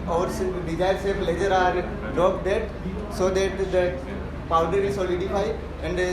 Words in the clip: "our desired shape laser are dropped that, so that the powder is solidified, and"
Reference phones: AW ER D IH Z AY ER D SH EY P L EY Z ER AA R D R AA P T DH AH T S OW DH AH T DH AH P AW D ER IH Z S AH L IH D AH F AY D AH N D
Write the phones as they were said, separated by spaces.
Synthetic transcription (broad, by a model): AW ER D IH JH AY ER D S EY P L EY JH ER AA R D R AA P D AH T S OW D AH T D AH P AW D ER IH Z S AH L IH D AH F AY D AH N D